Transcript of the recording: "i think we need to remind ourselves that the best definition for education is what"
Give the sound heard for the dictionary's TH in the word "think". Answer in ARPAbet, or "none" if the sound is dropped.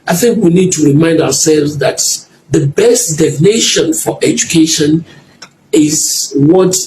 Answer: TH